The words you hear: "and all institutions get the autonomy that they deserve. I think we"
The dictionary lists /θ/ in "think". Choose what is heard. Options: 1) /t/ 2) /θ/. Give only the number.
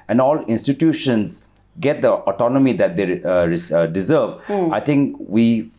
1